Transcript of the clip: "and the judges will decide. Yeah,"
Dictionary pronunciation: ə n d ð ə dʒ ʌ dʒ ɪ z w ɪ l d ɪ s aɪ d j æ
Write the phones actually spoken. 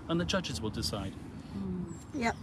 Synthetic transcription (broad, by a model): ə n ð ə dʒ ʌ dʒ ɪ z w ɪ l d ɪ s aɪ d j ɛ